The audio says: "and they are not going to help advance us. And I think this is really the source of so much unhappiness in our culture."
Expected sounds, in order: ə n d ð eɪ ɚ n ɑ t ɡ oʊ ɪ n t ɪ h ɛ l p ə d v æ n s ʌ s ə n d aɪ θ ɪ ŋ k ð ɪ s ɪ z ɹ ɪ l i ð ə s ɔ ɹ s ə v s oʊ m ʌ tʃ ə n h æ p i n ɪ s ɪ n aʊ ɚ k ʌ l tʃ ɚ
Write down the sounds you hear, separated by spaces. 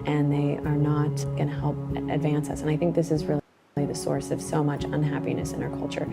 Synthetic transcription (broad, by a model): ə n ð eɪ ɚ n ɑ t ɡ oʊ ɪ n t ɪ h ɛ l p ə d v æ n s ʌ s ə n aɪ θ ɪ ŋ k ð ɪ s ɪ z ɹ ɪ l i ð ə s ɔ ɹ s ə v s oʊ m ʌ tʃ ə n h æ p i n ɪ s ɪ n aʊ ɚ k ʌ l tʃ ɚ